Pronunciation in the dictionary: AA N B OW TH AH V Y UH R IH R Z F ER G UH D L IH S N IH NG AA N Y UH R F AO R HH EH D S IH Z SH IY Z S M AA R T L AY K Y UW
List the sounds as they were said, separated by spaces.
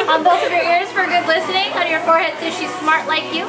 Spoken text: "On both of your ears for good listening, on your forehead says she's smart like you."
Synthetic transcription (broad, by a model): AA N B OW T AH V Y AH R IH R Z F ER G UH D L IH S N IH NG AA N Y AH R F AO R HH EH D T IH SH IY Z S M AA R T L AY K Y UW